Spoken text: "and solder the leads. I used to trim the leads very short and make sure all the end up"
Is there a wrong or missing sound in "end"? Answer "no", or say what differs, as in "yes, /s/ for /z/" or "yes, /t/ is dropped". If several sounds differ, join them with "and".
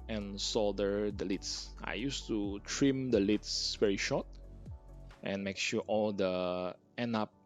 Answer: yes, /d/ is dropped